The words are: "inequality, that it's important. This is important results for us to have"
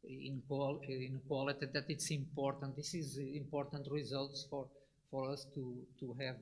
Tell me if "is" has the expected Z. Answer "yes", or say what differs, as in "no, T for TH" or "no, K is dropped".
yes